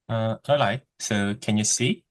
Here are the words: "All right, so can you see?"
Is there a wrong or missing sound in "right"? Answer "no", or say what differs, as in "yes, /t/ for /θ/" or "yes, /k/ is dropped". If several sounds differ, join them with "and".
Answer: yes, /l/ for /ɹ/